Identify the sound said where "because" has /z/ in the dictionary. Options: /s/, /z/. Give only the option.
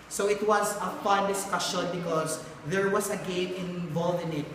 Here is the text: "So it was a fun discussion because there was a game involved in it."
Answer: /s/